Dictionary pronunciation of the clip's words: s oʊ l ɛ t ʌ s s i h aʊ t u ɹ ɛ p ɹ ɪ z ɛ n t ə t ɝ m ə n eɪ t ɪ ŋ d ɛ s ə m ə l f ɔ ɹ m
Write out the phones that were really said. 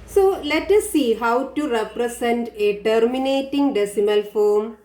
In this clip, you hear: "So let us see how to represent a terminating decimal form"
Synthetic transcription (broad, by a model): s oʊ l ɛ t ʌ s s i h aʊ t u ɹ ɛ p ɹ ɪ s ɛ n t ə t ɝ m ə n eɪ t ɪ ŋ d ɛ s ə m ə l f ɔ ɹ m